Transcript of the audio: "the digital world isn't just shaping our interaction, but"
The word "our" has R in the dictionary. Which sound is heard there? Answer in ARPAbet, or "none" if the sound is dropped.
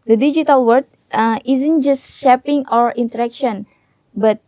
R